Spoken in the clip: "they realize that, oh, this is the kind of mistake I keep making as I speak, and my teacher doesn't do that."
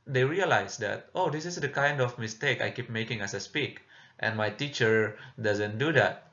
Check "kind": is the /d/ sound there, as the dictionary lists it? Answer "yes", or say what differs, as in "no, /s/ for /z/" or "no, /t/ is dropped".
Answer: yes